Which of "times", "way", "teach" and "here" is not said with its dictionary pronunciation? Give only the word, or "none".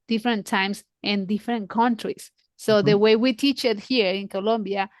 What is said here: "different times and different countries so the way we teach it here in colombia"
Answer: times